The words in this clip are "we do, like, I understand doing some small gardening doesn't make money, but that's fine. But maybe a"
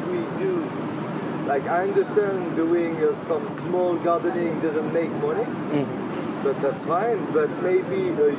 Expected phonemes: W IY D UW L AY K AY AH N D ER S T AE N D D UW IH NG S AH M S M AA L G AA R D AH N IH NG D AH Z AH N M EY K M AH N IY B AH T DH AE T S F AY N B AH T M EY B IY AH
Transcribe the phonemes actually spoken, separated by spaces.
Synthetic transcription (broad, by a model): W IY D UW L AY K AY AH N D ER S T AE N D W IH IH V S AH M S M AA L G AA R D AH N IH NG D AH Z AH N M EY K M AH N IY B AH T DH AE T S F AY N B AH T M EY B IY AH